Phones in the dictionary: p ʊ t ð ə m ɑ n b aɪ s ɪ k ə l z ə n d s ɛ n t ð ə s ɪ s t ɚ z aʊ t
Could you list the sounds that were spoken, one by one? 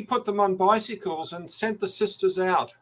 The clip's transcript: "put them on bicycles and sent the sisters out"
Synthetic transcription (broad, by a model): p ʊ t ð ə m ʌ n b aɪ s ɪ k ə l z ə n s ɛ n ð ə s ɪ s t ɚ z aʊ t